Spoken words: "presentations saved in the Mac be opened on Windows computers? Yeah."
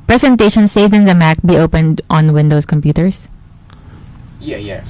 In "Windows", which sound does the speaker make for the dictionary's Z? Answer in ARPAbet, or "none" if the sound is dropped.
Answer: S